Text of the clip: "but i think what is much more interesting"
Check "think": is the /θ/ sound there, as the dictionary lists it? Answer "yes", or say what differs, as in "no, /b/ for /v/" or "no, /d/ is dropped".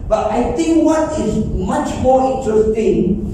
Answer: no, /t/ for /θ/